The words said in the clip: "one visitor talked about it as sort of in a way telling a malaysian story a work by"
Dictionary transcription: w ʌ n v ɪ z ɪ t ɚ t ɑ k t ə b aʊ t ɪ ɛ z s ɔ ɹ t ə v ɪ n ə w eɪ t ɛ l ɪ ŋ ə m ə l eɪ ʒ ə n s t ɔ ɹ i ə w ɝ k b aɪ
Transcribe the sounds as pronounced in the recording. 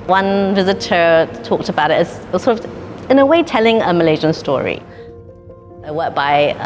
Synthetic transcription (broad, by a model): w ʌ n v ɪ z ɪ t ɚ t ɑ k t ə b aʊ t ɪ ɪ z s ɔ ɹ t ə v ɪ n ə w eɪ t ɛ l ɪ ŋ ə m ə l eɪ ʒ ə n s t ɔ ɹ i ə w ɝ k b aɪ